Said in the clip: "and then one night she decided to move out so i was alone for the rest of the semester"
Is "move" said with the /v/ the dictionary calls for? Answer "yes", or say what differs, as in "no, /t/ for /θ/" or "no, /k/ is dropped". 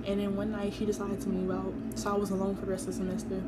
no, /w/ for /v/